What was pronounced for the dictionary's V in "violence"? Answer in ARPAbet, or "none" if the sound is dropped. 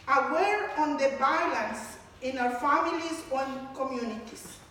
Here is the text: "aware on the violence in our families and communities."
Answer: B